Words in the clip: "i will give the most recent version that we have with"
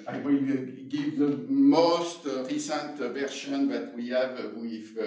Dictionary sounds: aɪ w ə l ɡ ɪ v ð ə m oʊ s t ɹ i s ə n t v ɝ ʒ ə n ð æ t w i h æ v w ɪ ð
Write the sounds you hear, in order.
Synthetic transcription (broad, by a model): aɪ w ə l ɡ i v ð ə m oʊ s t ɹ i s ə n t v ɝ ʃ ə n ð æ t w i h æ v w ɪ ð